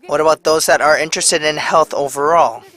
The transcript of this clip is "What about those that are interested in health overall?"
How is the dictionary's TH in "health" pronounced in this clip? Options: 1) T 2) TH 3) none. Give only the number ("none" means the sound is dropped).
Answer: 2